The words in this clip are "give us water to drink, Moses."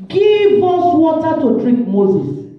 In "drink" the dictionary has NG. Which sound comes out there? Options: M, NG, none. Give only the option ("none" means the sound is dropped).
none